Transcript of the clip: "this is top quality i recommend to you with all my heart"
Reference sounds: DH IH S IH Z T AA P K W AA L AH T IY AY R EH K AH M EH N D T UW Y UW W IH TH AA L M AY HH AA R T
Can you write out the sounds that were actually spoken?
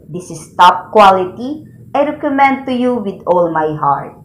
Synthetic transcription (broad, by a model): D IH S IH S T AA P K W AA L AH T IY AY R EH K AH M EH N D T UW Y UW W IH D AA L M AY HH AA R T